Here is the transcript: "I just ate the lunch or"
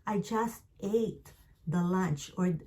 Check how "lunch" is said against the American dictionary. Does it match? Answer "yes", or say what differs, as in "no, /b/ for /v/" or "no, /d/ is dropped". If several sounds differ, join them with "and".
yes